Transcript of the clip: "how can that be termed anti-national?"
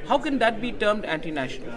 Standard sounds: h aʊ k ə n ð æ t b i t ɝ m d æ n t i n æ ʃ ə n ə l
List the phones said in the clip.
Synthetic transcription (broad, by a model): h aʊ k ə n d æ t b i t ɝ m d æ n t i n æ ʃ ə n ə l